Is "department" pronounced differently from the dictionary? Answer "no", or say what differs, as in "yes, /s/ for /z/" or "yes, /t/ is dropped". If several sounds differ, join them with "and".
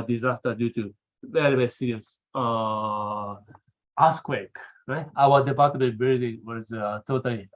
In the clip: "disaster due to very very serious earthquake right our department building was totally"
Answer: yes, /m/ is dropped